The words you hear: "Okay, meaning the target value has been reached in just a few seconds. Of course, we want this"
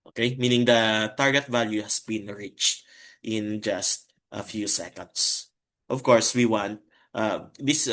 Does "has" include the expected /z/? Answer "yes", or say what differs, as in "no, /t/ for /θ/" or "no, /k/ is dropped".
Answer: no, /s/ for /z/